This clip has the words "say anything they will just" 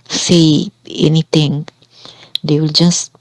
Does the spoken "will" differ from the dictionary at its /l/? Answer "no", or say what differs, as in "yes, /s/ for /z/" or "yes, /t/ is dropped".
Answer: no